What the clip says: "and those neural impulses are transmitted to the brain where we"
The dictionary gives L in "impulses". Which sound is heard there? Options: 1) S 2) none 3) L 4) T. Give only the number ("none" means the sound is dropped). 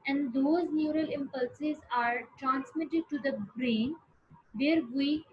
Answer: 3